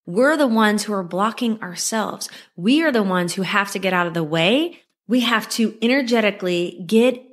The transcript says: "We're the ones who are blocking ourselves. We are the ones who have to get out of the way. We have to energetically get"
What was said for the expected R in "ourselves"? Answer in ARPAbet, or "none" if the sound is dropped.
R